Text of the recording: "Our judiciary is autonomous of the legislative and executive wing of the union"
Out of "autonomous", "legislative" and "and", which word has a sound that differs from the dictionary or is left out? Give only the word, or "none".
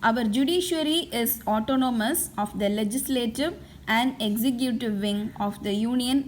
none